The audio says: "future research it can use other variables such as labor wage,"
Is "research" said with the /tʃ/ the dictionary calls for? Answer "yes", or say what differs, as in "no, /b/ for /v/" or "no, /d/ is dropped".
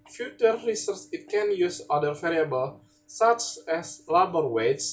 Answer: no, /s/ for /tʃ/